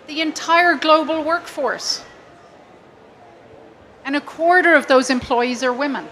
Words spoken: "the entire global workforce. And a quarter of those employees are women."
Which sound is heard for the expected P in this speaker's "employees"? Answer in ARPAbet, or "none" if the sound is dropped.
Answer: P